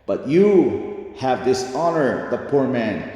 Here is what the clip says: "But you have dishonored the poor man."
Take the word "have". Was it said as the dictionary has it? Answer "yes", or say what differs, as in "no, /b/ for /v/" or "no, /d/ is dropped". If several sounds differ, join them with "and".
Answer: yes